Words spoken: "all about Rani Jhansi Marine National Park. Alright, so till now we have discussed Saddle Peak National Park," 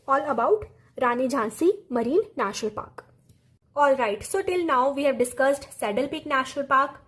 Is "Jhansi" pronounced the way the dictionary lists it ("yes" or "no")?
yes